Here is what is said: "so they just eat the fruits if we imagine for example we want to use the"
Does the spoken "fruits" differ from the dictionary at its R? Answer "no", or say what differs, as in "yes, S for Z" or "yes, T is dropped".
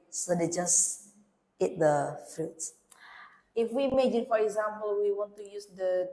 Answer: yes, R is dropped